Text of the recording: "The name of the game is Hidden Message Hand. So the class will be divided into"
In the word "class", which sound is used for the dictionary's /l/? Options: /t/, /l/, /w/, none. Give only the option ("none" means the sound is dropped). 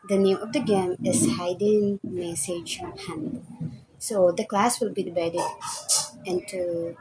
/l/